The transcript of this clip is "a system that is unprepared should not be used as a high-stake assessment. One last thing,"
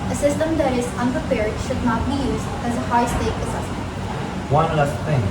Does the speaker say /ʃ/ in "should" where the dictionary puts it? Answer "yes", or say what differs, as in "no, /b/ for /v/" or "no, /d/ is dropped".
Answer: yes